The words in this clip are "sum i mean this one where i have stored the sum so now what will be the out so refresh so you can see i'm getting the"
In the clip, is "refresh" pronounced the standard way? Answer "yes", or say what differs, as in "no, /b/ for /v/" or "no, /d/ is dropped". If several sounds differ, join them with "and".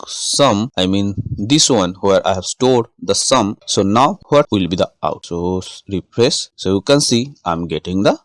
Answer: no, /p/ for /f/ and /s/ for /ʃ/